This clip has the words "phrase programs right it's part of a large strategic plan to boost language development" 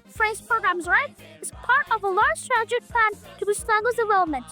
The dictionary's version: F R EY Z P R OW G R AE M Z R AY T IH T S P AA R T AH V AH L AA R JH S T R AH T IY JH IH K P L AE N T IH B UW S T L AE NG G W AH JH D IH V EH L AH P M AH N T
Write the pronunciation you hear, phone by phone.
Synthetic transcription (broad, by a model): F R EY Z P R OW G R AE M Z R AY T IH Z P AA R T AH V AH L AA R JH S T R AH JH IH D P L AE N T IH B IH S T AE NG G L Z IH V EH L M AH N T